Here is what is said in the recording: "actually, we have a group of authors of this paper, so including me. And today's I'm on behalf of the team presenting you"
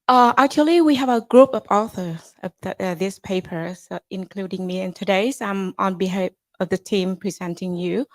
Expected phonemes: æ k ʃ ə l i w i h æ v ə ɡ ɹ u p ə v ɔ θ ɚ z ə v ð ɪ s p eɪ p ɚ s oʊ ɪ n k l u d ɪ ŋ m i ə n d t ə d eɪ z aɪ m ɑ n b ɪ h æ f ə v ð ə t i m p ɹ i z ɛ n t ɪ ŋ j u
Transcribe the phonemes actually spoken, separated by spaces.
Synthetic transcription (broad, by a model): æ k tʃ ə l i w i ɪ v ə ɡ ɹ u p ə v ɔ θ ɚ z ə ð ð ɪ s p eɪ p ɚ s ɪ n k l u d ɪ ŋ m i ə n t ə d eɪ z aɪ m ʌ n b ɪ h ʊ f ə v ð ə t i m p ɹ i z ɛ n t ɪ ŋ j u